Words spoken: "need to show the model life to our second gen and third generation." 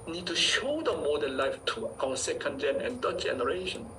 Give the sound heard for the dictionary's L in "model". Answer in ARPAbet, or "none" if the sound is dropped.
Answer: N